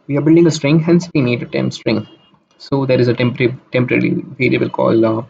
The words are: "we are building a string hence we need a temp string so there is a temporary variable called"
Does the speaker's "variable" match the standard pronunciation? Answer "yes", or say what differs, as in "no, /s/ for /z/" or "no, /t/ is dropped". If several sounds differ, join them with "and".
no, /l/ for /ɹ/